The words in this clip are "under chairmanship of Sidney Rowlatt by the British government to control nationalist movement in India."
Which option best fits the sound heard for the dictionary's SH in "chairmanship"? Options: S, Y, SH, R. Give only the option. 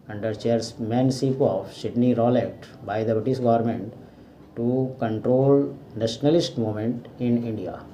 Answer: S